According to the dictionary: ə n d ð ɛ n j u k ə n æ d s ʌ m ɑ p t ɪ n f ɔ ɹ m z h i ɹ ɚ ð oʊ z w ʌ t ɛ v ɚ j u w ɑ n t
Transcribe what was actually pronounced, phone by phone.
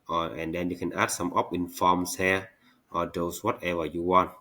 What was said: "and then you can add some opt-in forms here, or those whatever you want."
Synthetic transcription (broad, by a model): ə n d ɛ n j u k ə n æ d s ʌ m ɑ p ɪ n f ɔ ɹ m s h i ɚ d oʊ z w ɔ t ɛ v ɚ j u w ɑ n t